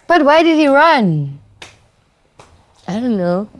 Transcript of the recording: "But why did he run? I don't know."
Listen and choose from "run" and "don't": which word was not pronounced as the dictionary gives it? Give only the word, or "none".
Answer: none